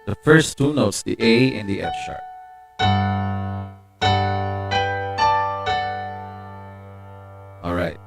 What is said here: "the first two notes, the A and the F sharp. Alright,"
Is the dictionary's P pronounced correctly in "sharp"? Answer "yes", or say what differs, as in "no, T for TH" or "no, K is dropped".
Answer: no, P is dropped